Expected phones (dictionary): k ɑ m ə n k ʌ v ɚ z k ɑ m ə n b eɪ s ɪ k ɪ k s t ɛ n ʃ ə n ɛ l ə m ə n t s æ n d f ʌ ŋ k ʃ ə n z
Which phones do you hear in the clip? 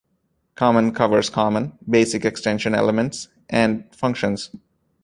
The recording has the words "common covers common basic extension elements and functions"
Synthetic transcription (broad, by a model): k ɑ m ə n k ʌ v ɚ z k ɑ m ə n b eɪ s ɪ k ɪ k s t ɛ n ʃ ə n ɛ l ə m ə n t s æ n d f ʌ ŋ k ʃ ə n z